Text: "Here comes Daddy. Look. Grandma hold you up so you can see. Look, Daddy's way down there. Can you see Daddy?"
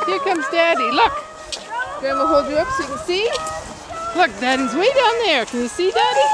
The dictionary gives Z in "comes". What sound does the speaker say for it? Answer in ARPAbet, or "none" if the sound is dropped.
Z